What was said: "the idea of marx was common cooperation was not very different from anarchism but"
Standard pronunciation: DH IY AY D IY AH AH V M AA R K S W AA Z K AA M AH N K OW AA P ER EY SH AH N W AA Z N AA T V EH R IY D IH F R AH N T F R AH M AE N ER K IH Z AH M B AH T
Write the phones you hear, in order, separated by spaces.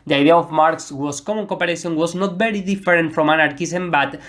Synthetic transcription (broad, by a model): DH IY AY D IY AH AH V M AA R K S W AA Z K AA M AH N K OW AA P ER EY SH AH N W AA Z N AA T B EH R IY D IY F R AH N T F R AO M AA N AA K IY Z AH M B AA T